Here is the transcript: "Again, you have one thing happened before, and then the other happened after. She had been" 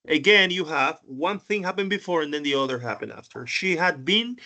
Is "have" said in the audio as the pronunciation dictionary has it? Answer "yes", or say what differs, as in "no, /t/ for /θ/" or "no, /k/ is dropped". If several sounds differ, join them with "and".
yes